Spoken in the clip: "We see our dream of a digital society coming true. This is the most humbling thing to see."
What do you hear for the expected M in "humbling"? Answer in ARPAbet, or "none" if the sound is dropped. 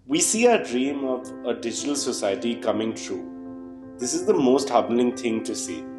none